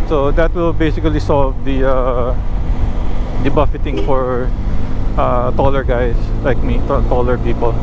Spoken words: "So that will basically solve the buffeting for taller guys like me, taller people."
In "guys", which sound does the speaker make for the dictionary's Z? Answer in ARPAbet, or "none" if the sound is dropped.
S